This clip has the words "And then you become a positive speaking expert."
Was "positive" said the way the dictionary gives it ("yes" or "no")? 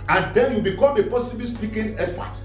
no